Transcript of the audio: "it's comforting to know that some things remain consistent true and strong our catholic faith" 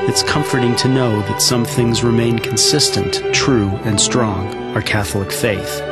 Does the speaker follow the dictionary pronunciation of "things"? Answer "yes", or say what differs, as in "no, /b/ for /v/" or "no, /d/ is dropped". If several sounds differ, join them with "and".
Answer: yes